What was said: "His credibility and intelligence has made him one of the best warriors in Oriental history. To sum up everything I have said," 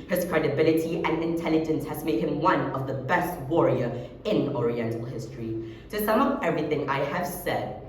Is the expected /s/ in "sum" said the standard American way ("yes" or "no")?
yes